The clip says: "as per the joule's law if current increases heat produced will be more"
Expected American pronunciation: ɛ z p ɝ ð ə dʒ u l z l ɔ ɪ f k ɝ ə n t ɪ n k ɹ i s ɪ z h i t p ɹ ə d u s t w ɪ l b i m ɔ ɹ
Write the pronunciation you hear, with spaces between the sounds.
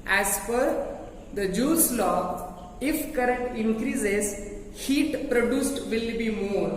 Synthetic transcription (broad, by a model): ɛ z f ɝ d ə dʒ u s l ɔ ɪ f k ɝ ə n t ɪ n k ɹ i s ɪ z h i t p ɹ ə d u s t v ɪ l b i m ɔ ɹ